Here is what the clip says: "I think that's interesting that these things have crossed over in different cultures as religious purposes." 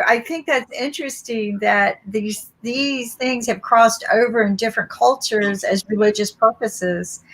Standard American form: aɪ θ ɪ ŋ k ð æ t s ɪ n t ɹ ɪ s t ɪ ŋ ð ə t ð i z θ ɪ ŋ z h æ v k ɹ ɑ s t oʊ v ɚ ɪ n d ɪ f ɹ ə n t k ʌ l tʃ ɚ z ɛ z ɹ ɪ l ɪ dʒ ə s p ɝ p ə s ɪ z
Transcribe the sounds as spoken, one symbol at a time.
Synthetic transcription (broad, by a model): aɪ θ ɪ ŋ k ð æ t s ɪ n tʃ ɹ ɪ s t ɪ ŋ ð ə t ð i z θ ɪ ŋ z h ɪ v k ɹ ɑ s t oʊ v ɚ ɪ n d ɪ f ɹ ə n k ʌ l tʃ ɚ z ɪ z ɹ ɪ l ɪ dʒ ə s p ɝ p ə s ɪ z